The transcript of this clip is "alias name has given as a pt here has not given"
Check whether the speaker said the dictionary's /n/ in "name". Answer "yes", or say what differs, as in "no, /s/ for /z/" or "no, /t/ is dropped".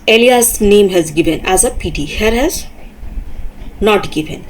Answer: yes